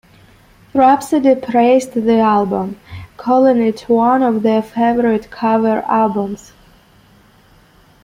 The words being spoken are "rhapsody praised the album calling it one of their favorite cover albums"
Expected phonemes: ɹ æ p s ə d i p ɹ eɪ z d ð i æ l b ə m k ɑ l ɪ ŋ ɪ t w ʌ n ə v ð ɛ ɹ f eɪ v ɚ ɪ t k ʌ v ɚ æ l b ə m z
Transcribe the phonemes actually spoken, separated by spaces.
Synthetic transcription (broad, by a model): ɹ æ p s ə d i p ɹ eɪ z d ð i æ l b ə m k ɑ l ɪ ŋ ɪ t w ʌ n ə v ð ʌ f eɪ v ɚ ɪ t k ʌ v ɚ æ l b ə m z